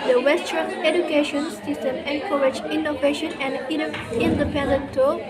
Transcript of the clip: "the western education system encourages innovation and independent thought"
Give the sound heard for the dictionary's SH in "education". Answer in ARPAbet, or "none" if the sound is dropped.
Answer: SH